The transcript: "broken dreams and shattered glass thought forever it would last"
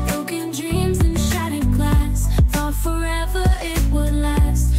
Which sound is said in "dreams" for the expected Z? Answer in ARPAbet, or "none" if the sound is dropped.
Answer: Z